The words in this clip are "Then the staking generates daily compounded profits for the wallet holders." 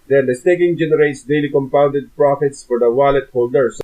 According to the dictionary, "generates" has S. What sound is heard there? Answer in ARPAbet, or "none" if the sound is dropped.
S